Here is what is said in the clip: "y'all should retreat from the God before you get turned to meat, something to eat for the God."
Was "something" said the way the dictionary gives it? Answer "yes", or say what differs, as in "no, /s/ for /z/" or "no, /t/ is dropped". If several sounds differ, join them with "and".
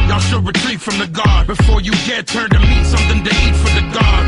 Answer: yes